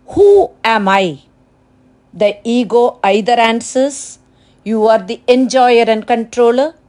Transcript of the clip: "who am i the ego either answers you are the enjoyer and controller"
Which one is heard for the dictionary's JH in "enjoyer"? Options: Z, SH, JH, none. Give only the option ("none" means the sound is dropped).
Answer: JH